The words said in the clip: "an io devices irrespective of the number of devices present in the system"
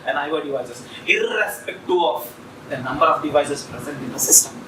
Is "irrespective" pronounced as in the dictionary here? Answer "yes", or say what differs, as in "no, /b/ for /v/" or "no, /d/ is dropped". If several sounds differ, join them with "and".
no, /v/ is dropped